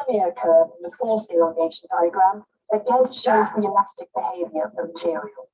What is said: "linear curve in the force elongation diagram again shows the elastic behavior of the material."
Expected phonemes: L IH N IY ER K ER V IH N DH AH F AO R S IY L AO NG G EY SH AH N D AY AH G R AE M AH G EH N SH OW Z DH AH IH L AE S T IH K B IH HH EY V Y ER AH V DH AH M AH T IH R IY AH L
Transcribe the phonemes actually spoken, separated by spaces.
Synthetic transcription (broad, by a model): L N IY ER K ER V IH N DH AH F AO L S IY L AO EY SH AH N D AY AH G R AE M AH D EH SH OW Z DH AH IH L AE S T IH K B IH HH EY V Y ER AH V DH AH M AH T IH R IY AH L